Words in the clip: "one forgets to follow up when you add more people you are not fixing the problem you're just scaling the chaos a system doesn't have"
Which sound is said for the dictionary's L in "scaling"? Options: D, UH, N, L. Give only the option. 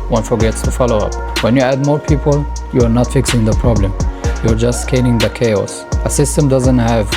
N